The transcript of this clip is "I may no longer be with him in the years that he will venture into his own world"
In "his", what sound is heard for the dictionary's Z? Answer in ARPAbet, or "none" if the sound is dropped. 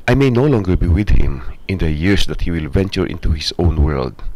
S